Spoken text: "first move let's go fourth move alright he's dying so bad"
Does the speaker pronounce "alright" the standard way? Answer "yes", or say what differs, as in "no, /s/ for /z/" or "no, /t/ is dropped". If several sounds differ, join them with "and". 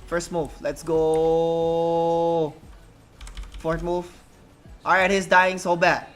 no, /l/ is dropped